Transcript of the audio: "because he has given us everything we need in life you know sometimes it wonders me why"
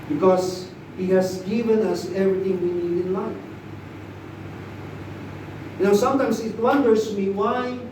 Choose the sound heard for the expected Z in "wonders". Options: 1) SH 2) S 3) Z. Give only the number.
2